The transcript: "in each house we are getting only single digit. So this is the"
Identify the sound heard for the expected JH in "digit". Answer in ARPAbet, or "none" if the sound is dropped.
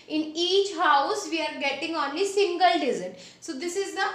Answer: Z